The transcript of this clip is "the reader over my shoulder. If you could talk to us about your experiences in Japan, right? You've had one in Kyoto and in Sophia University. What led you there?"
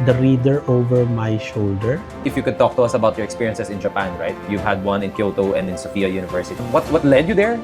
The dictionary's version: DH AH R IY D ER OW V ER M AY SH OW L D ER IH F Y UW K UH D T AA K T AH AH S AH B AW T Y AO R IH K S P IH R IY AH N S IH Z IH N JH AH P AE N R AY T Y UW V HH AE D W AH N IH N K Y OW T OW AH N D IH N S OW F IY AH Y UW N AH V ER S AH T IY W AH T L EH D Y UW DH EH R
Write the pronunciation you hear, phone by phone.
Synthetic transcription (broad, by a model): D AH R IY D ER OW V ER M AY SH OW L D ER IH F Y UW K UH D T AA K T AH AH S AH B AW T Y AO R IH K S P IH R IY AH N S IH S IH N JH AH P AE N R AY T Y UW V HH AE D W AH N IH N K Y OW T OW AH N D IH N S OW F IY AH Y UW N AH V ER S AH T IY W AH T L EH D Y UW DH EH R